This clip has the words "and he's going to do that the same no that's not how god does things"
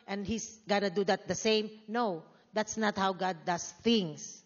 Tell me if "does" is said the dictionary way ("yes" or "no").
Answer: no